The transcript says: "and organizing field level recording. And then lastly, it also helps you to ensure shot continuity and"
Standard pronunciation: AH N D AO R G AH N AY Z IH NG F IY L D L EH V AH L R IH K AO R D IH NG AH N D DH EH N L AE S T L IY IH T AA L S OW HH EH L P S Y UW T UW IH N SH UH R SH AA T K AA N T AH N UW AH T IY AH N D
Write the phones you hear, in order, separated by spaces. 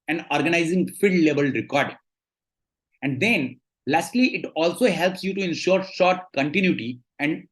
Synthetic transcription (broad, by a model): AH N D AO R G AH N AY Z IH NG F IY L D L EH V AH L R IH K AO R D IH NG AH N D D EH N L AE S T L IY IH T AA L S OW HH EH L P S Y UW T UW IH N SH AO R SH AA T K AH N T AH N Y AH T IY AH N D